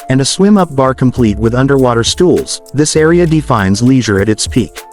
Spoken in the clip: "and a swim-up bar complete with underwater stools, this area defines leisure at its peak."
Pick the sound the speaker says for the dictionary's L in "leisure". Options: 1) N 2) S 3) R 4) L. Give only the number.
4